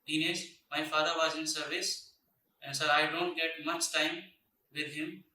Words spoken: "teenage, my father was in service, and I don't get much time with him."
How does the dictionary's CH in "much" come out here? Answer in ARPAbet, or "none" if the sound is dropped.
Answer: S